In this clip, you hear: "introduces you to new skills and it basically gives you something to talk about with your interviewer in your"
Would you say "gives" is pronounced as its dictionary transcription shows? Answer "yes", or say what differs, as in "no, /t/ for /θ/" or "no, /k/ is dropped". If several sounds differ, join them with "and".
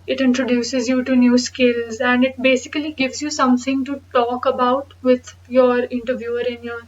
yes